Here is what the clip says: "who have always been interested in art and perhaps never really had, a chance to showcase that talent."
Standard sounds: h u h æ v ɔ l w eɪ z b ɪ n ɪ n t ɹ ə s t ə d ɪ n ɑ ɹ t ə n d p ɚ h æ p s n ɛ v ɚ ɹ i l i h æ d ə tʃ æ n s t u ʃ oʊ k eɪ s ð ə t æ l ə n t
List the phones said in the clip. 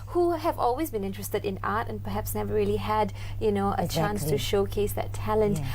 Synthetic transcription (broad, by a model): h u h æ v ɔ l w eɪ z b ɪ n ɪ n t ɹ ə s t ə d ɪ n ɑ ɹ t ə n p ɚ h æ p s n ɛ v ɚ l i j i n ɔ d ə tʃ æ n s t u ʃ oʊ k eɪ s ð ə t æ l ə n t